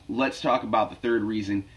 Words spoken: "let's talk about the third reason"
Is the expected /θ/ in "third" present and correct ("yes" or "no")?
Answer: yes